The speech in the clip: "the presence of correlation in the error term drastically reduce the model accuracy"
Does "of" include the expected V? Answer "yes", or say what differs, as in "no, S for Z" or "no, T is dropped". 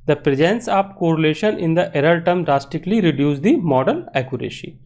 no, P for V